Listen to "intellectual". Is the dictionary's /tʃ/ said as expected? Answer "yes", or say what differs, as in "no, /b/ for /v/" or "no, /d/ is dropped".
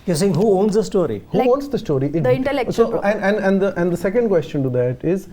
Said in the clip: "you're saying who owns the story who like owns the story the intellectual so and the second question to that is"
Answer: no, /s/ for /tʃ/